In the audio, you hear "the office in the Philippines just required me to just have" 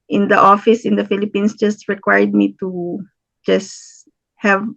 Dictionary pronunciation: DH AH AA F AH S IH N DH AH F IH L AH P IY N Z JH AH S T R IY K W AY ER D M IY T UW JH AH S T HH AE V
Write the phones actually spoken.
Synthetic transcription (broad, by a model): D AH AA F AH S IH N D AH F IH L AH P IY N S JH AH S T R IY K W AY D M IY T UW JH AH S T HH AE V